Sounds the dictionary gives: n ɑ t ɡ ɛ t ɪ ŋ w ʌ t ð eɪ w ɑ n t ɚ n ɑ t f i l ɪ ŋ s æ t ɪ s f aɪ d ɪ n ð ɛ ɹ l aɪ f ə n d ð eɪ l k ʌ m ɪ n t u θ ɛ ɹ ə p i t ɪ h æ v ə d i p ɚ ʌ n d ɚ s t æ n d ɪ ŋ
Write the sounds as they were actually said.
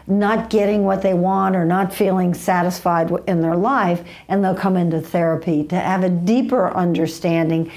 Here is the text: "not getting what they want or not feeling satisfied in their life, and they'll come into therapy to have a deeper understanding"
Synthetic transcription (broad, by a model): n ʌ t ɡ ɛ t ɪ ŋ w ʌ t ð eɪ w ɑ n t ɚ n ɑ t f i l ɪ ŋ s æ t ɪ s f aɪ d ɪ n ð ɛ ɹ l aɪ f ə n ð eɪ l k ʌ m ɪ n t u θ ɛ ɹ ə p i t ɪ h v ə d i p ɚ ʌ n d ɚ s t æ n d ɪ ŋ